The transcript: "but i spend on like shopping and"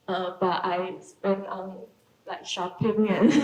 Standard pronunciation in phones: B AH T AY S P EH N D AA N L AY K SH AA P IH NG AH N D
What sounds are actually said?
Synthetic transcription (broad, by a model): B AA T AY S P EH N AA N L AY K SH AA P IH NG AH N